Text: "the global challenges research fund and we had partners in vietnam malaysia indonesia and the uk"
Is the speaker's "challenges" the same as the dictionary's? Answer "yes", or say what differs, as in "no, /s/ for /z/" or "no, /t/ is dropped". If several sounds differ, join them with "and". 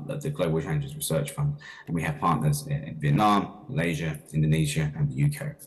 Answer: no, /l/ is dropped